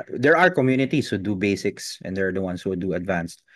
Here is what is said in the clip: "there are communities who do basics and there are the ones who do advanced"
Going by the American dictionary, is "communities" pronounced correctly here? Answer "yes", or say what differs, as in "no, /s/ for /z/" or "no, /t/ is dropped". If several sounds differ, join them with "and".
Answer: no, /s/ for /z/